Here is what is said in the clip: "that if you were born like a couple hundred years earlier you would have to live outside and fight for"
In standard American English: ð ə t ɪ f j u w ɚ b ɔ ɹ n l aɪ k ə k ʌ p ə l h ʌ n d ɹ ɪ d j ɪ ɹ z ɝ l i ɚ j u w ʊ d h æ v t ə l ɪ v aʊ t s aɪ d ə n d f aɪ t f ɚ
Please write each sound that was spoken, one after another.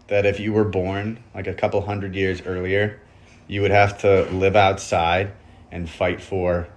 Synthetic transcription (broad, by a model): ð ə t ɪ f j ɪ w ɚ b ɔ ɹ n l aɪ k ə k ʌ p l h ʌ n d ɹ ɪ d j ɪ ɹ z ɝ l i ɚ j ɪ w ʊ d h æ f t ə l ɪ v aʊ t s aɪ d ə n f aɪ t f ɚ